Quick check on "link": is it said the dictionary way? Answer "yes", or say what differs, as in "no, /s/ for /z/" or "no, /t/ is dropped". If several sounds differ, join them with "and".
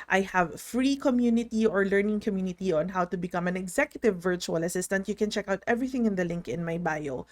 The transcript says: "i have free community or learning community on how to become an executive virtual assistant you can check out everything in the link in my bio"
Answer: yes